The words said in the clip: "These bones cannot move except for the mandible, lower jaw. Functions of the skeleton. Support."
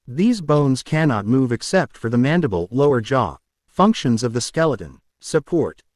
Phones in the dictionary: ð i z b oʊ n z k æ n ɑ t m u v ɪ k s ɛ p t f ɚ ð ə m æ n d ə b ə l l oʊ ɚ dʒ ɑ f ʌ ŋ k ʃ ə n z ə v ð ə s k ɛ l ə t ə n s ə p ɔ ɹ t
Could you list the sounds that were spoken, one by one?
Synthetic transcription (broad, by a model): ð i z b oʊ n z k æ n ɑ t m u v ɪ k s ɛ p t f ɚ ð ə m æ n d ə b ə l l oʊ ɚ dʒ ɑ f ʌ ŋ k ʃ ə n z ə v ð ə s k ɛ l ə t ə n s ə p ɔ ɹ t